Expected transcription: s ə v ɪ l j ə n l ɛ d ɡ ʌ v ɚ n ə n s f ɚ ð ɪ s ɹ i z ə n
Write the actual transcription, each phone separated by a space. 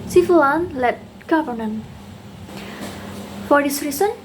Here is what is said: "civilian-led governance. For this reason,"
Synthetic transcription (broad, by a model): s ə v l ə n l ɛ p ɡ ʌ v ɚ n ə n f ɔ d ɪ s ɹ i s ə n